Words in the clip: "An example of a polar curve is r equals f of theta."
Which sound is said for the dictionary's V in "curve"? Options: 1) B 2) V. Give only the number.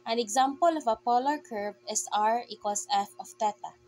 1